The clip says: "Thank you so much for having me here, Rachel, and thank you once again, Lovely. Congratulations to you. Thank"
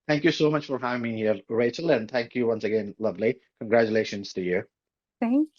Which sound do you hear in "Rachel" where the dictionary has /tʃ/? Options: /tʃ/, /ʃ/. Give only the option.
/tʃ/